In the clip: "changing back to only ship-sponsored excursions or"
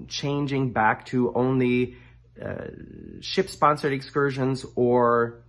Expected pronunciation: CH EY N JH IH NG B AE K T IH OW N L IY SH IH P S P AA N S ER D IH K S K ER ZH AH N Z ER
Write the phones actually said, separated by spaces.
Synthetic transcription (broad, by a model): CH EY N JH IH NG B AE K T IH OW N L IY SH IH P S P AA N S ER D IH K S K ER ZH AH N Z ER